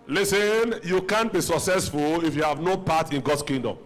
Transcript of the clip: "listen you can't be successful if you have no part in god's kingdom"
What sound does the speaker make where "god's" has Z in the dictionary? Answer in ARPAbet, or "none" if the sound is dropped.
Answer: S